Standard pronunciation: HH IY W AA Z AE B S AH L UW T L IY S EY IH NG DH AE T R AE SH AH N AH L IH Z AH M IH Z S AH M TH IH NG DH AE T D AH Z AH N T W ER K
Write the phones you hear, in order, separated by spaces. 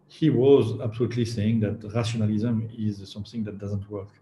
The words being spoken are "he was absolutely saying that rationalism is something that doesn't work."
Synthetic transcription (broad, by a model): HH IY W AA Z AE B S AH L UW T L IY S EY IH NG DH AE T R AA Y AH N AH L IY Z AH M IH Z S AH M TH IH NG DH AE T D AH Z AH N T W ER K